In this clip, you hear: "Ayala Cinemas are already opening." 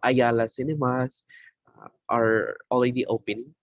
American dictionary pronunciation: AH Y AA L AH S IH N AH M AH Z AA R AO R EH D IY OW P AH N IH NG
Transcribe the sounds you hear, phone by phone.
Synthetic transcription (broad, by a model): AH Y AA L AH S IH N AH M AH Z AA R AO L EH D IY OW P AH N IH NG